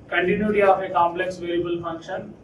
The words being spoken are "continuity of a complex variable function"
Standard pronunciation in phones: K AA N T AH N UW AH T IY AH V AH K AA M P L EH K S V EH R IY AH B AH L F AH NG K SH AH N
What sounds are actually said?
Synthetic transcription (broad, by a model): K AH N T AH N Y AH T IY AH F AH K AA M P L EH K S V EH L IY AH B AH L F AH NG K SH AH N